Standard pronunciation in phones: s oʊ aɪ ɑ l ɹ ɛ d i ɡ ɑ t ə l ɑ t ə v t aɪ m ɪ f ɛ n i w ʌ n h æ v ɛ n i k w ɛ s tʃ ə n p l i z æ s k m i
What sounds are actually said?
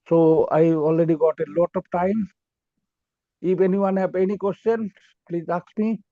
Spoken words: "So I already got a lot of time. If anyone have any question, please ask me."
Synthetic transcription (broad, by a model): s oʊ aɪ ɑ l ɹ ɛ d i ɡ ɑ t ə l ɑ t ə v t aɪ m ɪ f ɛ n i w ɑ n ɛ p ɛ n i k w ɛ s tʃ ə n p l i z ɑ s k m i